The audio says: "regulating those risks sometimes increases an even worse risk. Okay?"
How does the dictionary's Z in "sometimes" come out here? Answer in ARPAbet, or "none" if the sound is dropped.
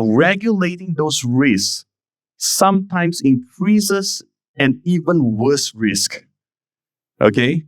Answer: S